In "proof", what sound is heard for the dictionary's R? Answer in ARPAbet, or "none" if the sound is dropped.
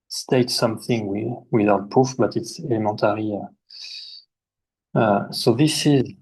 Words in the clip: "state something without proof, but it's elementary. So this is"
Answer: none